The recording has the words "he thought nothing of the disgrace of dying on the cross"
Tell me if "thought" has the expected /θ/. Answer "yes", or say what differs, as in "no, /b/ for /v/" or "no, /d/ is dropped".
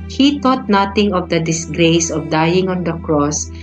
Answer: no, /t/ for /θ/